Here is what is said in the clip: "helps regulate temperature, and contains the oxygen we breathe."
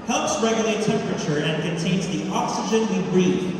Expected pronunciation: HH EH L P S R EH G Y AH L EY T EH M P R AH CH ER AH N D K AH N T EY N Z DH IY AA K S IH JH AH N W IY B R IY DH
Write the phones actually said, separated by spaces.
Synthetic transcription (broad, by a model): HH EH L P S R EH G Y AH L EY T EH M P R AH CH ER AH N K AH N T EY N Z DH IY AA K S IH JH AH N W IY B R IY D